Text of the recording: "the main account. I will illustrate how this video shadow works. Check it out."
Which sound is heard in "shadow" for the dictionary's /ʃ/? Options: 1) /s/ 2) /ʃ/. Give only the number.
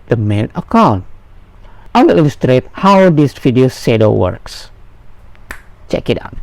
1